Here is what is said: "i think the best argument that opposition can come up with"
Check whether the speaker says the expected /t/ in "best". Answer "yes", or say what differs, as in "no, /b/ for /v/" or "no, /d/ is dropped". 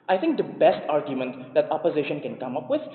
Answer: yes